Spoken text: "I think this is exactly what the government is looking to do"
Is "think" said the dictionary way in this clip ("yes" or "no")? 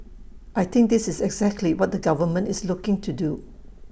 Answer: no